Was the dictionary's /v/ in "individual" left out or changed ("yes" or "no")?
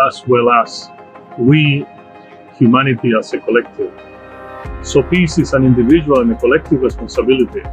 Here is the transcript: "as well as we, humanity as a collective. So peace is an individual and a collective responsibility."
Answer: yes